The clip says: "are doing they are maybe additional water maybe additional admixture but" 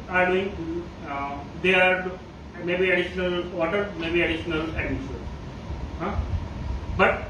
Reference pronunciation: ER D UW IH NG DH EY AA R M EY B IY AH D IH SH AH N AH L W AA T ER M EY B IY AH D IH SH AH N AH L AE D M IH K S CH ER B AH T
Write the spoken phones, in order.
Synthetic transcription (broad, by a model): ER D UW IH NG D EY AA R M EY B IY AH D IH SH AH N AH L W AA T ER M EY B IY AH D IH SH AH N AH L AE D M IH S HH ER B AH T